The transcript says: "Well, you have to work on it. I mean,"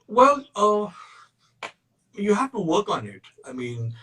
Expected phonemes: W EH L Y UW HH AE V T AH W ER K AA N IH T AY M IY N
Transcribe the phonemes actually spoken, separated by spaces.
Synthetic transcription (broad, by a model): W EH L Y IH HH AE F T AH W ER K N IH T AY M IY N